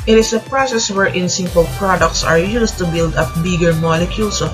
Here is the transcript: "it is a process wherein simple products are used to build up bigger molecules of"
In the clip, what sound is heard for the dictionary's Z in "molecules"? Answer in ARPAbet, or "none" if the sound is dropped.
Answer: S